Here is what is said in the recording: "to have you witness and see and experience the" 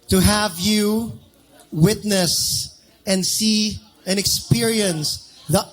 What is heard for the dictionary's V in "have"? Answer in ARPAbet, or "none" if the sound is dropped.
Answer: V